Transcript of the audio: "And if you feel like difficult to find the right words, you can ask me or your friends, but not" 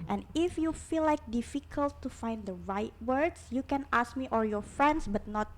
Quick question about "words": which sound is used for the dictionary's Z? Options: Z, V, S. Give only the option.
S